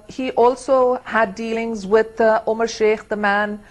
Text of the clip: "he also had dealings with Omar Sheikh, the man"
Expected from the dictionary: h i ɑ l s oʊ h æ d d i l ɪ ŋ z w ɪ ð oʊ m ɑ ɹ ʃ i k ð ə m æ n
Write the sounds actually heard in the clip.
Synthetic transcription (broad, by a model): h i ɑ l s oʊ h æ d d i l ɪ ŋ z w ɪ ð oʊ m ɑ ɹ ʃ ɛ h ð ə m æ n